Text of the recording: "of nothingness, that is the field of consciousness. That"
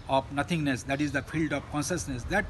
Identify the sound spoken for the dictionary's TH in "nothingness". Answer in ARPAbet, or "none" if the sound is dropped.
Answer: T